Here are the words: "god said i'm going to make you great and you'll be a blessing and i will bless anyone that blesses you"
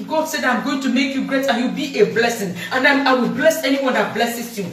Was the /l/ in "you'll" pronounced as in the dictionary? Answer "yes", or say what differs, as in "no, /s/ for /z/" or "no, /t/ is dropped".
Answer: no, /w/ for /l/